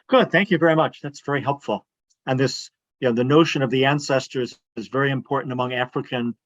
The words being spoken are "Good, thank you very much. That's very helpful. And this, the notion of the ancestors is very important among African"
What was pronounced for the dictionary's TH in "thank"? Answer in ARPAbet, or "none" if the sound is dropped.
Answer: TH